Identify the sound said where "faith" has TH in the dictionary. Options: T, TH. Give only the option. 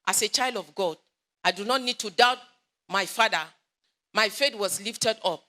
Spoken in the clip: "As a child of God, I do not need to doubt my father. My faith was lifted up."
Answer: T